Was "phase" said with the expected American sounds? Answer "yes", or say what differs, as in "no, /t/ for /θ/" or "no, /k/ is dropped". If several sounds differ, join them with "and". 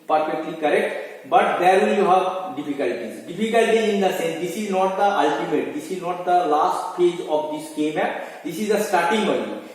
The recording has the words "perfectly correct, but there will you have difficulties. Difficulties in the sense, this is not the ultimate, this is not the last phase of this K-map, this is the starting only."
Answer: no, /p/ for /f/